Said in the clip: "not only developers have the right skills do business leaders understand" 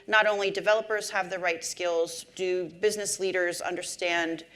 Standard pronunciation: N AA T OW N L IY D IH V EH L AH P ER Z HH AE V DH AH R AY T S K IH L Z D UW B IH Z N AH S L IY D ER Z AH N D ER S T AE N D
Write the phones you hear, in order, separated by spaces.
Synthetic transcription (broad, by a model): N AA T OW N L IY D IH V EH L AH P ER Z HH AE V DH AH R AY T S K IH L Z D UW B IH Z N AH S L IY D ER Z AH N D ER S T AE N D